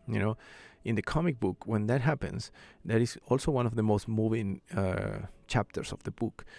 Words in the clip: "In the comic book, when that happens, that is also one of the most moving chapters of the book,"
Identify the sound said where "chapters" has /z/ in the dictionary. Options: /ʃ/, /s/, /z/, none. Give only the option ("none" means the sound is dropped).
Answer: /s/